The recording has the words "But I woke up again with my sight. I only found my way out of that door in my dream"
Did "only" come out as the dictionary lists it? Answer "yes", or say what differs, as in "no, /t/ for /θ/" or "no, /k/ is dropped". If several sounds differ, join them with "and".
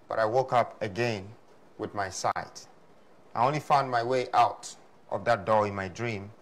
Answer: yes